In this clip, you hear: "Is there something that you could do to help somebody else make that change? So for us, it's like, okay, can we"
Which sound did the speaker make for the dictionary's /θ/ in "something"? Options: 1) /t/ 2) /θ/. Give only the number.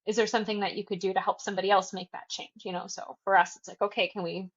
2